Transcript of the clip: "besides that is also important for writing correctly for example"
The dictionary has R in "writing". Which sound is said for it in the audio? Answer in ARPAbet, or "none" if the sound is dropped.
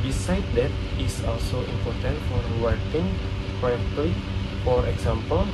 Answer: W